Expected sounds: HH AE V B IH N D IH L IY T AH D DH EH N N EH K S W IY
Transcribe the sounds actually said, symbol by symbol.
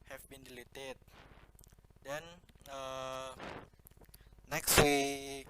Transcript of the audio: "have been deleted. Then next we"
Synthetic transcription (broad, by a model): HH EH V B IH N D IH L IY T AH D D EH N N EH K S W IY